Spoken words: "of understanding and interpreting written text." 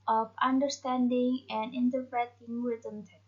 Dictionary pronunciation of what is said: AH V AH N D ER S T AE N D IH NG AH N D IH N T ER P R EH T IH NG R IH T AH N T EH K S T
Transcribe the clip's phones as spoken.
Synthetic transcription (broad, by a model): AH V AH N D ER S T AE N D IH NG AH N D IH N T ER P R EH T IH NG W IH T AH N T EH